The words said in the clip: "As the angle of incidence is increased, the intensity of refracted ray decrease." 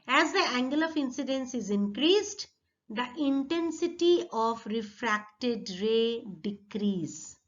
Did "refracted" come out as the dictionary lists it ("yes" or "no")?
yes